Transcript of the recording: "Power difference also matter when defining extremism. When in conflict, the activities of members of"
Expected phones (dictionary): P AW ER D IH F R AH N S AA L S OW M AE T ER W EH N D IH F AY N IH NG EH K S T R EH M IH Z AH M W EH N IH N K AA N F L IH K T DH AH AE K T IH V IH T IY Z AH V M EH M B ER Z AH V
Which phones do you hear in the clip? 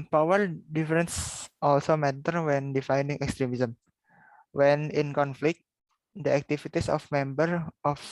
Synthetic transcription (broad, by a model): P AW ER D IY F R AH N S AA L S OW M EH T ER W EH N D IH F AY N IH NG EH K S T R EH M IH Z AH M W EH N IH N K AA N F L IH K T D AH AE K T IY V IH T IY S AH F M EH M B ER AH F